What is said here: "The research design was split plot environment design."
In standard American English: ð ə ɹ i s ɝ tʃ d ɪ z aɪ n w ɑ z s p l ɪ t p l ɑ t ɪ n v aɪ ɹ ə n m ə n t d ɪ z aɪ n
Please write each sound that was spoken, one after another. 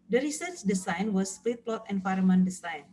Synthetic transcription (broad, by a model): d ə ɹ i s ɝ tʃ d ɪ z aɪ n w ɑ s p l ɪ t p l ɑ t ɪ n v aɪ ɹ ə m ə n d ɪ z aɪ n